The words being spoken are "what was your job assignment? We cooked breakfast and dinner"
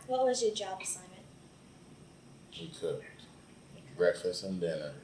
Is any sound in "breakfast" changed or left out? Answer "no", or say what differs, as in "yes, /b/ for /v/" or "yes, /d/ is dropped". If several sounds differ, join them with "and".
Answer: yes, /t/ is dropped